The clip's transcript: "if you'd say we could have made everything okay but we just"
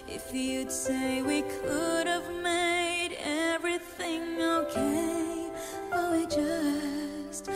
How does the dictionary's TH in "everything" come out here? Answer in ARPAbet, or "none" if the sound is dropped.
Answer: TH